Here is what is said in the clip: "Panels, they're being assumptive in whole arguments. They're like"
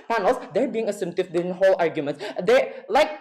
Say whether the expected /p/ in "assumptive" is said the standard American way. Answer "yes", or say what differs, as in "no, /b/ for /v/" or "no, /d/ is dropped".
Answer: no, /p/ is dropped